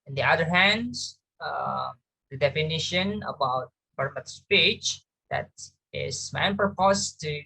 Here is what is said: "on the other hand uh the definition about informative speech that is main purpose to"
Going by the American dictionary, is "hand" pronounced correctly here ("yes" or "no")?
yes